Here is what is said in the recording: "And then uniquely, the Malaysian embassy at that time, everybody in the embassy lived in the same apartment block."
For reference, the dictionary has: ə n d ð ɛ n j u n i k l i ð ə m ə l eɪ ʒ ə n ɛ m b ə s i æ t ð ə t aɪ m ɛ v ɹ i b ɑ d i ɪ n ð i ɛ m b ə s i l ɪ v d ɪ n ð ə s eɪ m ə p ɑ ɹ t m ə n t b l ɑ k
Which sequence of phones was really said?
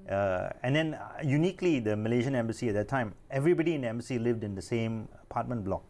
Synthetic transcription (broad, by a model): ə n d ɛ n j u n i k l i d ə m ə l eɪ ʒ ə n ɛ m b ə s i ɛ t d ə t aɪ m ɛ v ɹ i b ɑ d i ɪ n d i ɛ m b ə s i l ɪ v d ɪ n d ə s eɪ m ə p ɑ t m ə n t b l ɑ k